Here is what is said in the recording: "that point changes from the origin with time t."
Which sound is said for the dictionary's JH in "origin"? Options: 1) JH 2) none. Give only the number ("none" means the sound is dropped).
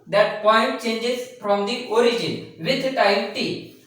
1